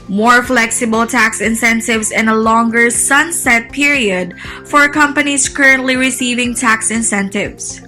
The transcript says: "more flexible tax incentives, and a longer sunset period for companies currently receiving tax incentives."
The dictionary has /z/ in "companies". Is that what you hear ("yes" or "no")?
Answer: no